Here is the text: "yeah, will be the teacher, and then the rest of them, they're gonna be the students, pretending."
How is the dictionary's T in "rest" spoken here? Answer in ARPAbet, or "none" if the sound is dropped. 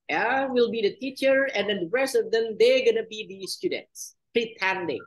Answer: T